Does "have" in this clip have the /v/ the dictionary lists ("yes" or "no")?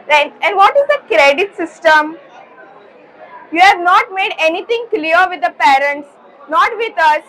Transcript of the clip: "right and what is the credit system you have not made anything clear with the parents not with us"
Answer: yes